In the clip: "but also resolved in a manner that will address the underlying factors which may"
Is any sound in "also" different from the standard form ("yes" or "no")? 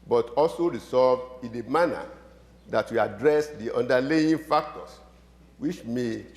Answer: no